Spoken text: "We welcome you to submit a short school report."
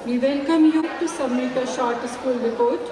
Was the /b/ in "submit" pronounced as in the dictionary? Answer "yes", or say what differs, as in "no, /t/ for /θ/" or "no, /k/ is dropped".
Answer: no, /b/ is dropped